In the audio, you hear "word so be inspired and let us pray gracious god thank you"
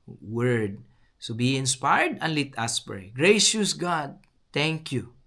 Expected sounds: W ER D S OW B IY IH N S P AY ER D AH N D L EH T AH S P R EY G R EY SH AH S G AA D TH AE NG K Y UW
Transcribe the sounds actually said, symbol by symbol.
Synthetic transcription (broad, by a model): W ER D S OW B IY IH N S P AY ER D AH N L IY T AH S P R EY G R EY SH AH S G AA D T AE NG K Y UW